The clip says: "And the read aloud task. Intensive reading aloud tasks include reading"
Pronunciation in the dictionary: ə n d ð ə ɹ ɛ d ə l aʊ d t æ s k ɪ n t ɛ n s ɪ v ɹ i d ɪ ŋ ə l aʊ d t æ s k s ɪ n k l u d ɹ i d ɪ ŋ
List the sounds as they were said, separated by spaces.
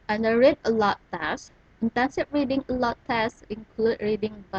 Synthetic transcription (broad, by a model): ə n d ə ɹ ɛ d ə l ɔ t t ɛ s ɪ n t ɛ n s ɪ p ɹ i d ɪ ŋ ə l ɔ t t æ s s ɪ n k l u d ɹ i d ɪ ŋ